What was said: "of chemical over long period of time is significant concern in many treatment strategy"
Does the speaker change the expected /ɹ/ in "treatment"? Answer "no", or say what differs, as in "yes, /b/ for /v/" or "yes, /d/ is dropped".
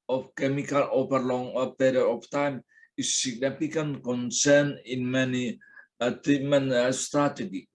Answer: yes, /ɹ/ is dropped